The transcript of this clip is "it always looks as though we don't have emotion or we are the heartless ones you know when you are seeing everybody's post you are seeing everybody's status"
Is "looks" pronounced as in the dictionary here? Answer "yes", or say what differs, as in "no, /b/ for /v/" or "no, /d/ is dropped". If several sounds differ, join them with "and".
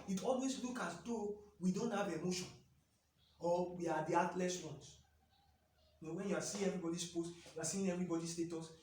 no, /s/ is dropped